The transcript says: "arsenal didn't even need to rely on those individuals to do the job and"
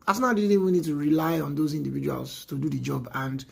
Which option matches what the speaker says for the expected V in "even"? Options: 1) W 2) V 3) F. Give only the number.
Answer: 1